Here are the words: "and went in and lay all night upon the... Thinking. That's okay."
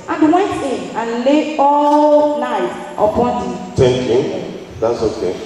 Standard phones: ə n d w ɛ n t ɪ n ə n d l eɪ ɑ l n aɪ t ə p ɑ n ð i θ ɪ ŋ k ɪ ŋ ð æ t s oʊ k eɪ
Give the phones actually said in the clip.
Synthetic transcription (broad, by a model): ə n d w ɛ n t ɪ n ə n l eɪ ɑ l n aɪ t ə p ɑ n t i t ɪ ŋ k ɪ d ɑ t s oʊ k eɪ